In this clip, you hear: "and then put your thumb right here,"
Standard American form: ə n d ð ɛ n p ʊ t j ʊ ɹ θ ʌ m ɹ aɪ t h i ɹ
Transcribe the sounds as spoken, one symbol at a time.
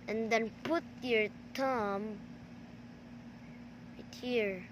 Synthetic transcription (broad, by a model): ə n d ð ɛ n p ʊ t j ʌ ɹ t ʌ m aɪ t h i ɹ